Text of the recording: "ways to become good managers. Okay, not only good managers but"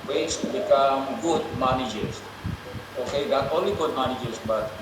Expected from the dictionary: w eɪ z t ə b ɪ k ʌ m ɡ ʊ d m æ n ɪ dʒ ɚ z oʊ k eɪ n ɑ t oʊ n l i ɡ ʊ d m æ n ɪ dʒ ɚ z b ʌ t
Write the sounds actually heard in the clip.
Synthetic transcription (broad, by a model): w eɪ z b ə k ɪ ɑ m ɡ ʊ d m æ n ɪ dʒ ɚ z oʊ k eɪ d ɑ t oʊ n l i ɡ ʊ d m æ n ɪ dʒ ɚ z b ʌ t